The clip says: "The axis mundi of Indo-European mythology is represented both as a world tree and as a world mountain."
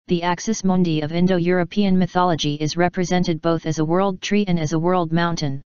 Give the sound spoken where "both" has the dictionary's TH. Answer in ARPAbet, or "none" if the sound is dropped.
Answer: TH